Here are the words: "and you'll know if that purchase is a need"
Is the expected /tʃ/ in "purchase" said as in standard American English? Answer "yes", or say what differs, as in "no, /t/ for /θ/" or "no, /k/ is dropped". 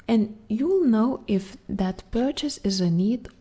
yes